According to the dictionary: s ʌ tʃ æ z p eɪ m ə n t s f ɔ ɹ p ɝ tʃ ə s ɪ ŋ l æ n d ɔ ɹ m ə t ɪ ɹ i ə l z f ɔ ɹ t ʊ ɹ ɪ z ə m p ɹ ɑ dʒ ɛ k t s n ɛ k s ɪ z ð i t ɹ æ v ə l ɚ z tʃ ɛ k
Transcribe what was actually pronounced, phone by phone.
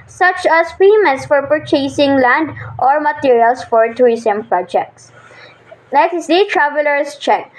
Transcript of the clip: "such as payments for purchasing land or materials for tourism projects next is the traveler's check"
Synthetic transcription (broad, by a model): s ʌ tʃ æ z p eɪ m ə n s f ɔ ɹ p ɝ tʃ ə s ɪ ŋ l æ n d ɔ ɹ m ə t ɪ ɹ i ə l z f ɔ ɹ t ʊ ɪ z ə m p ɹ ɑ dʒ ɛ k t s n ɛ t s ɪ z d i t ɹ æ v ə l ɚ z tʃ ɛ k